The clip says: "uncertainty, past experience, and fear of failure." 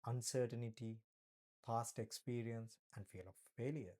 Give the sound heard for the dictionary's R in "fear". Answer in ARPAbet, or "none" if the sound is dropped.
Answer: L